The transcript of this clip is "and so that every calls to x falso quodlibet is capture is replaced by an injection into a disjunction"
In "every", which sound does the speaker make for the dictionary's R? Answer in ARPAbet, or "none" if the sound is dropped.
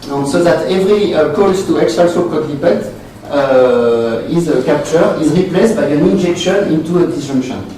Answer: R